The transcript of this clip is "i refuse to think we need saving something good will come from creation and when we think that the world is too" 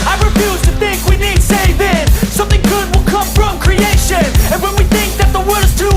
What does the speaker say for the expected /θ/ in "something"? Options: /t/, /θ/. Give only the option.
/θ/